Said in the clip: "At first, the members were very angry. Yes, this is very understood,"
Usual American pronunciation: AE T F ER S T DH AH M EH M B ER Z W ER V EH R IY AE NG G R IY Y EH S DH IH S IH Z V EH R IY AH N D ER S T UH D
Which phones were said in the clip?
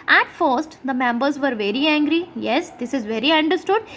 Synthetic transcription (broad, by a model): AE T F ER S T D AH M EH M B ER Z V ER V EH R IY AE NG G R IY Y EH S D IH S IH Z V EH R IY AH N D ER S T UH D